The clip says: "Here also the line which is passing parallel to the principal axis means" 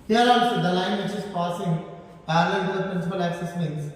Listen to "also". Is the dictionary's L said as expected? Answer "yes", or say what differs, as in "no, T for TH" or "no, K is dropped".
no, L is dropped